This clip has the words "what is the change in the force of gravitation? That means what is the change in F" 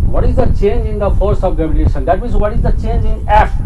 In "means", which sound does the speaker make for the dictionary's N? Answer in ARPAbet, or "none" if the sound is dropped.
none